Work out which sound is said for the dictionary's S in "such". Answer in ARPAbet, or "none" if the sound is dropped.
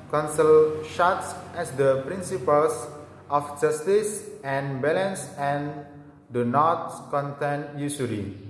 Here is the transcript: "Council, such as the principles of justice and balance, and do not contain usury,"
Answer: SH